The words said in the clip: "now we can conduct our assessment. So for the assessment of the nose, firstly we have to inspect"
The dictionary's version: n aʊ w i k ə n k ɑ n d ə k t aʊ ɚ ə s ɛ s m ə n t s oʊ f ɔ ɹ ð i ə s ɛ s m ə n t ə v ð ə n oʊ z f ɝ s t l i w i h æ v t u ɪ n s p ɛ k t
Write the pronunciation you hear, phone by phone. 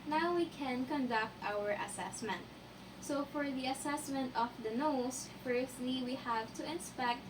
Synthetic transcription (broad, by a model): n aʊ w i k ə n k ɑ n d ə k t aʊ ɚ ə s ɛ s m ə n t s oʊ f ɔ ɹ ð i ə s ɛ s m ə n t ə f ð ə n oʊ s f ɝ s t l i w i h æ v t u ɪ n s p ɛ k t